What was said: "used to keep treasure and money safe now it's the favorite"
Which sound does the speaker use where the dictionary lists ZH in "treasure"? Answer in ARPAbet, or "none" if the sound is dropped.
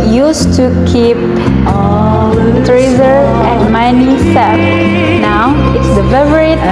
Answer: Z